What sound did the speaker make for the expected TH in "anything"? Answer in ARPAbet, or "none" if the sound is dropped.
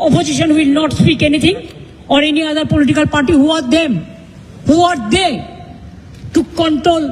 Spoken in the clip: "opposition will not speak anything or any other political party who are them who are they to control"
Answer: T